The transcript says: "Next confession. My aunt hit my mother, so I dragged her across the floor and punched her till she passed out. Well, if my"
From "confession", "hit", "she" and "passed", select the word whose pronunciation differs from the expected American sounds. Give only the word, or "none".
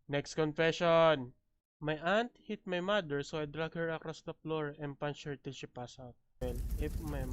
passed